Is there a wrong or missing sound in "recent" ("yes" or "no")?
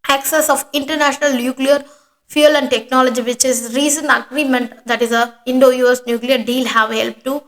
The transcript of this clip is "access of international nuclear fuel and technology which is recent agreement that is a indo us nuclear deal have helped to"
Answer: yes